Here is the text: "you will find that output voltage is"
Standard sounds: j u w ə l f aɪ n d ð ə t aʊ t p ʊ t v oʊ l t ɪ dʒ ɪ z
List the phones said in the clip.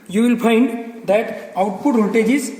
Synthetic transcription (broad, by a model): j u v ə l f aɪ n d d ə t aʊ t p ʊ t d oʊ t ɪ dʒ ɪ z